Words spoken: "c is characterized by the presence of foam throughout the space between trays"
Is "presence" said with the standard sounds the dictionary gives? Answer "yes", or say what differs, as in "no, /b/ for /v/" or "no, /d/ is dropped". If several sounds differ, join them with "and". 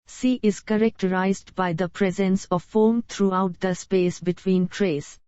yes